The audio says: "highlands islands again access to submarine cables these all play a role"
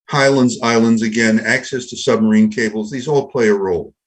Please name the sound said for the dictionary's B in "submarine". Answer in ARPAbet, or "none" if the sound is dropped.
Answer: B